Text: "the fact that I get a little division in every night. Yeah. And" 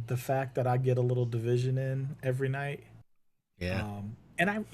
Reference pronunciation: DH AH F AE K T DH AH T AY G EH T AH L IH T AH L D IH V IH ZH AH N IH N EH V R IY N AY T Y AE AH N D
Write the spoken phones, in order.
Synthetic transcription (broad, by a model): DH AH F AE K DH AH T AY G EH T AH L IH T L D IH V IH ZH AH N IH N EH V R IY N AY T Y AE AH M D